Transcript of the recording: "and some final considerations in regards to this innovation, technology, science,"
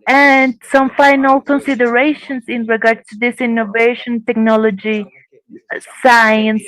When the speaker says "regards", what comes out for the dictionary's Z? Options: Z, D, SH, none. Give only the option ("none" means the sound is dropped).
none